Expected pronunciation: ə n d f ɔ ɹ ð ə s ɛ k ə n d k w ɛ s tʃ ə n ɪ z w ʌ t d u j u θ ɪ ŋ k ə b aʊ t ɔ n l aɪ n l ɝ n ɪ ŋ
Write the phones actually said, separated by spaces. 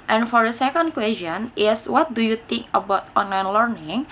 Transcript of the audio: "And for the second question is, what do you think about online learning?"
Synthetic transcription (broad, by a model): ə n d f ɔ ɹ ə s ɛ k ə n d k w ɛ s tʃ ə n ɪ s w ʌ t d u j u t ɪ ŋ k ə b aʊ t ɔ n l aɪ n l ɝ n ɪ ŋ